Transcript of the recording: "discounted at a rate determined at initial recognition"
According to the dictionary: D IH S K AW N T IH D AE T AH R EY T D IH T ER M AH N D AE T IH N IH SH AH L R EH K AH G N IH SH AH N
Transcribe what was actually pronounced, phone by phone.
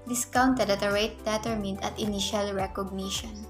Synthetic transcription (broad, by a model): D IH S K AW N T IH D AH T AH R EY T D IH T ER M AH N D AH T IH N IH SH AH L R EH K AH G N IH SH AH N